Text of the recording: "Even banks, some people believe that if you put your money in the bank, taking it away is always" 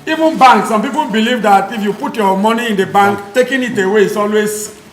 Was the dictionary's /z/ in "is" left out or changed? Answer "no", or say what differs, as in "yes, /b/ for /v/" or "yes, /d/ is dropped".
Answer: yes, /s/ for /z/